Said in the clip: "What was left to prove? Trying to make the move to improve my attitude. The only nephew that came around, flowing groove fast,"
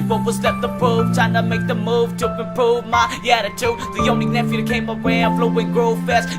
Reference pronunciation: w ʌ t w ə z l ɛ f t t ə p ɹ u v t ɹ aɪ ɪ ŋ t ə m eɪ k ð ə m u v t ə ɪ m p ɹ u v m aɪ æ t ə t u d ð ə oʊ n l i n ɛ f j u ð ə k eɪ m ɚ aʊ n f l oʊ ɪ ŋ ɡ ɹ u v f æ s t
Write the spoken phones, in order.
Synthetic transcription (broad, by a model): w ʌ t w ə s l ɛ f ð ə p ɹ u v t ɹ aɪ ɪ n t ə m eɪ k ð ə m u v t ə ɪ p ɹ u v m aɪ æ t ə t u ð ə oʊ n l i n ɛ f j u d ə k eɪ m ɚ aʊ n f l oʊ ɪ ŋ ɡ ɹ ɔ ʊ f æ s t